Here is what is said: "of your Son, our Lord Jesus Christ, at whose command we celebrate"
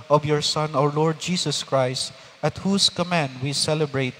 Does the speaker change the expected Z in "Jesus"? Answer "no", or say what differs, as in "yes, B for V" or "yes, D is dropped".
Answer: yes, S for Z